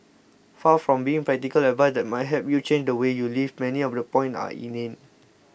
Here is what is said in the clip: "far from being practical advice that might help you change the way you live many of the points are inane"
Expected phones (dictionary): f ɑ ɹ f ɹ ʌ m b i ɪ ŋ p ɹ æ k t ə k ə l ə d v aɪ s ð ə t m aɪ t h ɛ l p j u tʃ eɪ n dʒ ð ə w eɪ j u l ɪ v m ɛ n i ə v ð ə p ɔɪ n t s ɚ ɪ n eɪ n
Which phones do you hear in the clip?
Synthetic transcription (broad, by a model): f ɑ f ɹ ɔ m b i ɪ ŋ p ɹ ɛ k t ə k ə l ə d v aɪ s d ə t m aɪ t h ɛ p j u tʃ eɪ n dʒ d ə w eɪ j u l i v m ɛ n i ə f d ə p ɔɪ n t ɑ ɪ n eɪ n